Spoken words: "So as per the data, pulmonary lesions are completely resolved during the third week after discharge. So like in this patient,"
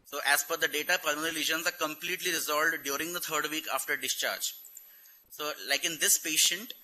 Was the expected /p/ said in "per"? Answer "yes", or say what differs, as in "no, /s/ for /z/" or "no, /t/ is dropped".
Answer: no, /f/ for /p/